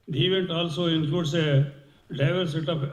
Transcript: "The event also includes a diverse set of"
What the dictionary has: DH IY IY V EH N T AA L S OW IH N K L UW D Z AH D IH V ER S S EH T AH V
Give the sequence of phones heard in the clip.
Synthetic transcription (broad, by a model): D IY IY V EH N T AA L S OW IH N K UW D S AH D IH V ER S S EH T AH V